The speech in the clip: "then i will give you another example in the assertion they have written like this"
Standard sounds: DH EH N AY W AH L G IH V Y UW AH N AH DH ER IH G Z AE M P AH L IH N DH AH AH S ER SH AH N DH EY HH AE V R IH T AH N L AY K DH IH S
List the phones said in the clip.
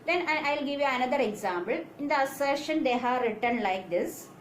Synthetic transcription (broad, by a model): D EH N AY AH L G IH V Y UW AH N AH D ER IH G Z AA M B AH L IH N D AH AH S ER SH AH N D EY HH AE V R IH T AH N L AY K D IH S